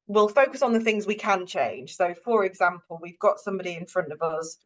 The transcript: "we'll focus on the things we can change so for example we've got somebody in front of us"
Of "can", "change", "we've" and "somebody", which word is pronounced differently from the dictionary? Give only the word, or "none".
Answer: change